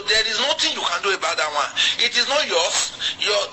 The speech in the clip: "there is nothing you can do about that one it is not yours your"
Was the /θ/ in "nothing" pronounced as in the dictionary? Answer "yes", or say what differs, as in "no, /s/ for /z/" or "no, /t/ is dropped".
no, /t/ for /θ/